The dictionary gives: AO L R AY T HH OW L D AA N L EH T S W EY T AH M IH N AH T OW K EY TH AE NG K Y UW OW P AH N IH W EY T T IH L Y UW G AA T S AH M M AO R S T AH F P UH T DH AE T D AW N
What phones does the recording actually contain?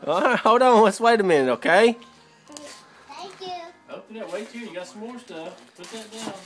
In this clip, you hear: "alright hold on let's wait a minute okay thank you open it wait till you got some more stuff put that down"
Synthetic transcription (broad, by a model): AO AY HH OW D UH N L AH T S W EY T AH M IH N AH UH K EY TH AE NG K Y UW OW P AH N IH W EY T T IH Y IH G AA T S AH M M AO R S T AH F P UH T DH AE T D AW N